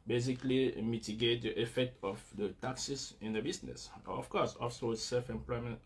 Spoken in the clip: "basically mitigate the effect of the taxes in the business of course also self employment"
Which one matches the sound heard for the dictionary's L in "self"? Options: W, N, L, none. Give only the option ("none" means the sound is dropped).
L